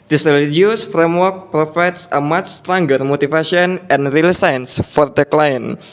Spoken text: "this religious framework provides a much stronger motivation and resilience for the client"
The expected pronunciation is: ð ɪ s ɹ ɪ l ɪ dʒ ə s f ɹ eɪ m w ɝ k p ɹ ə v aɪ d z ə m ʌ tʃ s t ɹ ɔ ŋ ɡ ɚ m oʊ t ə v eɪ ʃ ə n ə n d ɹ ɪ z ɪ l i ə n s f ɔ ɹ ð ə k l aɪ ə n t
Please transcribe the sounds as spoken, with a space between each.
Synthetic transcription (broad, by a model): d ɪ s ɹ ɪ l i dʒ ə s f ɹ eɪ m w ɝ k p ɹ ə f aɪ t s ə m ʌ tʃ s t ɹ ɔ ŋ ɡ ɚ m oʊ t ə f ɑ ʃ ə n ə n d ɹ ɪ l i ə n s f ɔ ɹ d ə k l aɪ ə n